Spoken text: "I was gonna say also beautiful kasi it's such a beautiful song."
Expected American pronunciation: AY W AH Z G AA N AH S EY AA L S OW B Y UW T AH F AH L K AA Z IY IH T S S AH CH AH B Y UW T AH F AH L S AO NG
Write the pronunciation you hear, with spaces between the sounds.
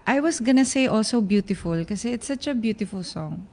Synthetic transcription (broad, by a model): AY W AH S G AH N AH S EY AA L S OW B Y UW T AH F AH L K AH S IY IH T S S AH CH AH B Y UW T AH F AH L S AO NG